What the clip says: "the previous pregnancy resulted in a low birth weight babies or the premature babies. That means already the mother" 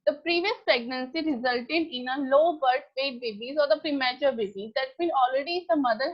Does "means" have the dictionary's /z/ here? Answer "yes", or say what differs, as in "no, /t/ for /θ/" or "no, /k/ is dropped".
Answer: no, /z/ is dropped